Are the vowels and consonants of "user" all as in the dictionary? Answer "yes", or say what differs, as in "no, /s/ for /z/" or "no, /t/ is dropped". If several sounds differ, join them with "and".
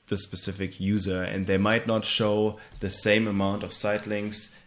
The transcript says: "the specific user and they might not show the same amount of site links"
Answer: yes